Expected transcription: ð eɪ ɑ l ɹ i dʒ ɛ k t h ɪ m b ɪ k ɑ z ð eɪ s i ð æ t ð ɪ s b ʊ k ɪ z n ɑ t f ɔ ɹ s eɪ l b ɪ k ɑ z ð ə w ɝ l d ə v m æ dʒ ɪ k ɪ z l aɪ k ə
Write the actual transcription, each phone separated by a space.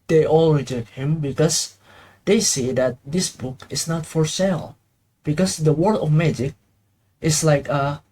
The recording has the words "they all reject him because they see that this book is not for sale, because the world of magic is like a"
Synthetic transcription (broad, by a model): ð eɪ ɑ l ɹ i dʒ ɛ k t h ɪ m b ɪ k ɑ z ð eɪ s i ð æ t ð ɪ s b ʊ k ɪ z n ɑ t f ɔ ɹ s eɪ l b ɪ k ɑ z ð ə w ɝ d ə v m æ dʒ ɪ k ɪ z l aɪ k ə